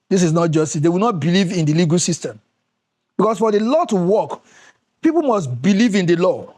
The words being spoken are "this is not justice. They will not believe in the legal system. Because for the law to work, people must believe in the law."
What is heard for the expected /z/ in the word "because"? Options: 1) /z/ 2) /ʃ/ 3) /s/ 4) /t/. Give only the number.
3